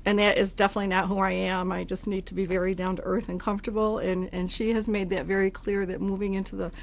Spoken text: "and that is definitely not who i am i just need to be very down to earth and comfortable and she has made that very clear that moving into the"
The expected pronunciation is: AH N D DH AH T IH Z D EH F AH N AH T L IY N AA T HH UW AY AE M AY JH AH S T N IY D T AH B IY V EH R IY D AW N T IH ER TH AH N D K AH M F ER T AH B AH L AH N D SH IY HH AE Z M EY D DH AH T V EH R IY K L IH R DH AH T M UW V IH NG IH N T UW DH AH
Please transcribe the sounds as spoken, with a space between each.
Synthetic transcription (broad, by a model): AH N DH AH T IH Z D EH F AH N AH T L IY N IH T HH UW AY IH M AY JH AH S T N IY D T AH B IY V EH R IY D AW N T IH ER TH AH N K AH M F T AH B L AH N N SH IY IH Z M EY D DH AH T V EH R IY K L IH R DH AH T M UW V IH NG IH N T UW DH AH